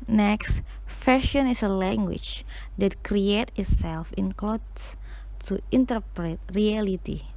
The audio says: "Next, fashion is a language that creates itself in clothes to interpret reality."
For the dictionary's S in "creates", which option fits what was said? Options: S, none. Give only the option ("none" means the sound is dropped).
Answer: none